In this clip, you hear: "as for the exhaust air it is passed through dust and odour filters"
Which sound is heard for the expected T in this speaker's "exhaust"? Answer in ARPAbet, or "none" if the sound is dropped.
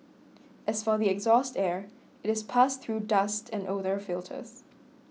T